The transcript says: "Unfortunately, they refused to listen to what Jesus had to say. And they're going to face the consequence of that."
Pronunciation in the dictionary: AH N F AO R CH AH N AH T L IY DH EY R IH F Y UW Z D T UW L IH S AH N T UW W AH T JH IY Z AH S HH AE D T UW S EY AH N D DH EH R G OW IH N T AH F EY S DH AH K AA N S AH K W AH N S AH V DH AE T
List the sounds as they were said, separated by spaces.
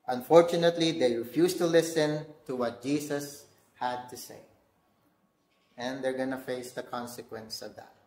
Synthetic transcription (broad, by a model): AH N F AO R CH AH N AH T L IY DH EY R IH F Y UW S T UW L IH S AH N T UW W AH T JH IY S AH S HH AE D T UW S EY AH N D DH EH R G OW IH N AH F EY S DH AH K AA N S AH K W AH N S AH V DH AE T